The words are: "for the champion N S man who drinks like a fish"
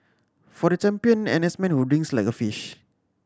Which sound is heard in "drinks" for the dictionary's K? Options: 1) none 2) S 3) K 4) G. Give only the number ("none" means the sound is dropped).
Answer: 1